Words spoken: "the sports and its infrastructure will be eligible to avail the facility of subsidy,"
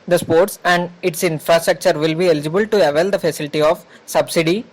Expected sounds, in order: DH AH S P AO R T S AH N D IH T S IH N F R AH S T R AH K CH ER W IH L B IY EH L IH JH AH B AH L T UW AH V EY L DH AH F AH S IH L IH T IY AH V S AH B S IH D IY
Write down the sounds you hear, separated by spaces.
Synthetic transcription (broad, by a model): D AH S P AO R T S AH N D IH T S IH N F R AH S T R AH K CH ER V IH L B IY EH L IH JH AH B AH L T UW AH V EY L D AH F AH S IH L IH T IY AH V S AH B S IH D IY